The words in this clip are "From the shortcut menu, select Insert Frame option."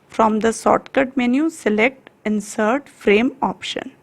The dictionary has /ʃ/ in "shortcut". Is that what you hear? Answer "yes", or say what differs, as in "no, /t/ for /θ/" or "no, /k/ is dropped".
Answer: no, /s/ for /ʃ/